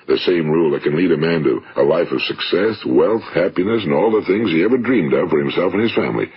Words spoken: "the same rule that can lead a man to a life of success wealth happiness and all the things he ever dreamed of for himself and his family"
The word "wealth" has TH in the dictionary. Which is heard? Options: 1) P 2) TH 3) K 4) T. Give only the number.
2